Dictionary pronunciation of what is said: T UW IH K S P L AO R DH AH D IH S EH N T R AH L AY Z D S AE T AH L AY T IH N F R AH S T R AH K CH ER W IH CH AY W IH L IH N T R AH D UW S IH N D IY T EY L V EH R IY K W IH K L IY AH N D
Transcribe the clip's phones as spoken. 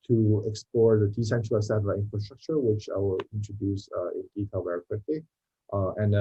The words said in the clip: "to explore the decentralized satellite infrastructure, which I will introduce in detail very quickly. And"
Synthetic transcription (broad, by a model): T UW IH K S P L AO R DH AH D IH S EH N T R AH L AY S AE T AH AY IH N F R AH S T R AH K CH ER W IH CH AY W IH L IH N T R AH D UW S IH N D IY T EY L V EH R IY K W IH K L IY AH N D